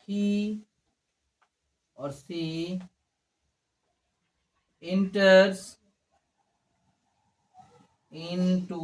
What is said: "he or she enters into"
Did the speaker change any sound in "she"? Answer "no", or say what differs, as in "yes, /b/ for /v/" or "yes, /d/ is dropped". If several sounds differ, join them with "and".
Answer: yes, /s/ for /ʃ/